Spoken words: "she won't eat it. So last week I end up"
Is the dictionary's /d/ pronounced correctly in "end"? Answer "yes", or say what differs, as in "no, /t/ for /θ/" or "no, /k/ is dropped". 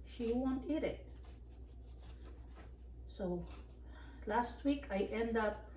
yes